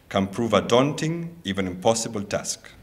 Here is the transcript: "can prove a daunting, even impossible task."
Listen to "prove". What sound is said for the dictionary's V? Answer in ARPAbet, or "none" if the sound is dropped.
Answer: V